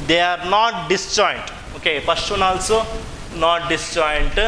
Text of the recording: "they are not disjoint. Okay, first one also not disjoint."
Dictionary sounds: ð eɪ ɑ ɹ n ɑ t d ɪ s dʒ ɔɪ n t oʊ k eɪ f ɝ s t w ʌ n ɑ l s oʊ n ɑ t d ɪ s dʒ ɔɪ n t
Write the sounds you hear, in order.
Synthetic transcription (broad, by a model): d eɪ ɑ ɹ n ɑ t d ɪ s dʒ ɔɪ n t oʊ k eɪ p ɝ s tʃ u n ɑ l s oʊ n ɑ t d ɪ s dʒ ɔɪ n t